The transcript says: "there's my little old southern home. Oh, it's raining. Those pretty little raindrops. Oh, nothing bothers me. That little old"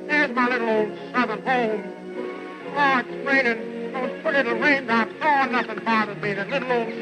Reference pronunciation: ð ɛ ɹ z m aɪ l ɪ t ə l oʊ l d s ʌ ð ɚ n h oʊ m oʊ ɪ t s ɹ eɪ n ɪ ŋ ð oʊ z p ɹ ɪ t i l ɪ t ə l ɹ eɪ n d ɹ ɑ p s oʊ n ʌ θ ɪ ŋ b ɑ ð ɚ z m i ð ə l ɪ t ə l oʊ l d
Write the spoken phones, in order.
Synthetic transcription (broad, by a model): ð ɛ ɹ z m aɪ l ɪ t l oʊ l d s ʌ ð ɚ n h oʊ m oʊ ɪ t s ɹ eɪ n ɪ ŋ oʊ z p ʊ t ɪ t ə ɹ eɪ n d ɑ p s oʊ n ʌ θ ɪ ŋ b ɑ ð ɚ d m i ð ə l ɪ t l oʊ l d